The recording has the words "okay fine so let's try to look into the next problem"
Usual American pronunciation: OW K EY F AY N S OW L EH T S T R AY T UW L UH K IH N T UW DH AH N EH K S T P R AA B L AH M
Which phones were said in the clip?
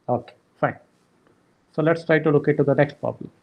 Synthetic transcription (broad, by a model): OW K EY F AY N S OW L EH T S T R AY T UW L UH K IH T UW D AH N EH K S T P R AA B L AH M